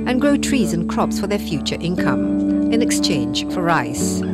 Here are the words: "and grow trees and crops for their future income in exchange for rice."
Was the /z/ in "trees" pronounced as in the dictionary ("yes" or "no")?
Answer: yes